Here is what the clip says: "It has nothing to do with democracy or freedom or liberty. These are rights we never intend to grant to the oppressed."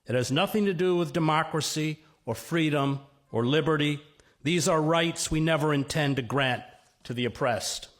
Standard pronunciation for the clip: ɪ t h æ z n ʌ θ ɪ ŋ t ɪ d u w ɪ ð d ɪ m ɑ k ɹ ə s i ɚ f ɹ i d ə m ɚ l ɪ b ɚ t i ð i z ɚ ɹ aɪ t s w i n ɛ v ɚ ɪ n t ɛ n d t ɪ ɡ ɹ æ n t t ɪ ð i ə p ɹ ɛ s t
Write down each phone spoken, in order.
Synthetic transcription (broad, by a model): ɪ t h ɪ z n ʌ θ ɪ ŋ t ɪ d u w ɪ ð d ɪ m ɑ k ɹ ə s i ɚ f ɹ i d ə m ɚ l ɪ b ɚ t i ð i z ɚ ɹ aɪ t s w i n ɛ v ɚ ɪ n t ɛ n t ɪ ɡ ɹ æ n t t ɪ ð i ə p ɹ ɛ s t